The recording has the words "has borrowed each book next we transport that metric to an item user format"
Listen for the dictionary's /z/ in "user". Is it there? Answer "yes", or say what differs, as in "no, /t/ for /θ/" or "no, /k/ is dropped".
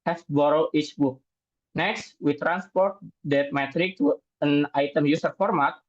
no, /s/ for /z/